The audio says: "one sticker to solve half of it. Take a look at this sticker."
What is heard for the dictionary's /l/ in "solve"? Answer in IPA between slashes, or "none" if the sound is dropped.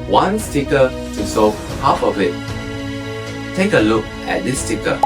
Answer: none